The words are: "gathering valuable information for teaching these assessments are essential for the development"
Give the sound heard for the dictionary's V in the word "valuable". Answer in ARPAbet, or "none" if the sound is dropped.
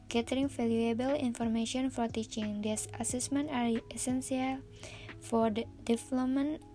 F